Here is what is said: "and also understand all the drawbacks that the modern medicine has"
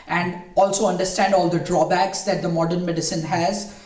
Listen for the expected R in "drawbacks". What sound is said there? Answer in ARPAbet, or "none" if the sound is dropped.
R